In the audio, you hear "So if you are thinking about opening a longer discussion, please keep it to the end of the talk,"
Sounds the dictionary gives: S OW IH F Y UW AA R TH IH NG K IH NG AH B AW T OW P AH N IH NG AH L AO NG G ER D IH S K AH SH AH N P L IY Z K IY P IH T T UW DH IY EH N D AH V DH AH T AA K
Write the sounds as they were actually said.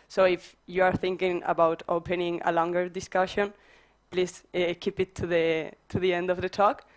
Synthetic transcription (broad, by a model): S OW IH F Y UW AA R TH IH NG K IH NG AH B AW T OW P AH N IH NG AH L AO NG G ER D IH S K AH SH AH N P L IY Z K IY P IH T T UW DH IY EH N D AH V DH AH T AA K